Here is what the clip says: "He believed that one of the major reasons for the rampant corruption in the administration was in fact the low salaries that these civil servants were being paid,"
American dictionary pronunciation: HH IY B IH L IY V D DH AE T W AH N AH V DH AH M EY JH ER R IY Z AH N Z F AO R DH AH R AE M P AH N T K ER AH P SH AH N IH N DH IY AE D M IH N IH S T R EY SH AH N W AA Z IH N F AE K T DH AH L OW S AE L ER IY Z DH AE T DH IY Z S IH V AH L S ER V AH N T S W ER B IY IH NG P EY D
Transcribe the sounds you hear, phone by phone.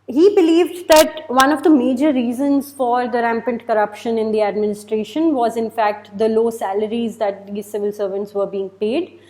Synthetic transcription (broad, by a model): HH IY B IH L IY V D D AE T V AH N AH V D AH M EY JH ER R IY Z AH N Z F AO R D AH R AE M P AH N T K ER AH P SH AH N IH N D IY AE D M IH N IH S T R EY SH AH N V AA Z IH N F AE K T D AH L OW S AE L ER IY Z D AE T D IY S IH V AH L S ER V AH N T S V ER B IY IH NG P EY D